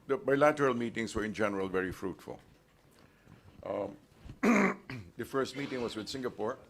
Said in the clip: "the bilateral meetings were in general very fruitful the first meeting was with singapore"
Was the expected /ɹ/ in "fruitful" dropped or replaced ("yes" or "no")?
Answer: no